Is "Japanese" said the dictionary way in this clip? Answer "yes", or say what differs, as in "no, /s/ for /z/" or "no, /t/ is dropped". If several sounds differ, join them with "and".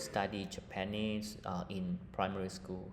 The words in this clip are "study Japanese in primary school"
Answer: no, /s/ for /z/